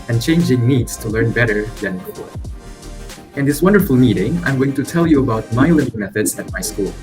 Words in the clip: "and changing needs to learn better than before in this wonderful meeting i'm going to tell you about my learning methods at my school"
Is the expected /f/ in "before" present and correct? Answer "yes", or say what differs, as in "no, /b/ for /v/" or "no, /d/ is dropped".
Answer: no, /f/ is dropped